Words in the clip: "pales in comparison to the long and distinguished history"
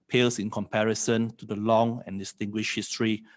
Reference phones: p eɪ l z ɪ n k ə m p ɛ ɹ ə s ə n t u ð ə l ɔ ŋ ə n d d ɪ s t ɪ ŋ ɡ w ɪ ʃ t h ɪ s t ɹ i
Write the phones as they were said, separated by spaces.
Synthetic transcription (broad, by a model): p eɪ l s ɪ n k ə m p ɛ ɹ ə s ə n t u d ə l ɔ ŋ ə n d d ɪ s t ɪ ŋ ɡ w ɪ ʃ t h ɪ s t ɹ i